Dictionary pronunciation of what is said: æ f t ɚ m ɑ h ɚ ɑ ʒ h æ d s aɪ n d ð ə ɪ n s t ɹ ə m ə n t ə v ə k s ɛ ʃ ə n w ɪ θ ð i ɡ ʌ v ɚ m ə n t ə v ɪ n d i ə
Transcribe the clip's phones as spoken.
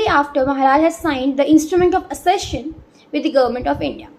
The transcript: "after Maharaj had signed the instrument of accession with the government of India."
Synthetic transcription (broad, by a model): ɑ f t ɚ m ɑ h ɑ ɑ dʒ h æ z s aɪ n d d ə ɪ n s t ɹ ə m ə n t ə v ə s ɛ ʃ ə n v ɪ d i ɡ ʌ v ɚ m ə n t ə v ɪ n d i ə